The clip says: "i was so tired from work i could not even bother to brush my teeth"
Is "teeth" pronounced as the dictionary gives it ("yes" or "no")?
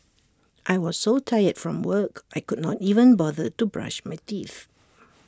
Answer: yes